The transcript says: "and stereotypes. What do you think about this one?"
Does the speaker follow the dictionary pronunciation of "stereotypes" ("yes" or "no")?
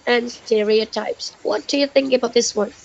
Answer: yes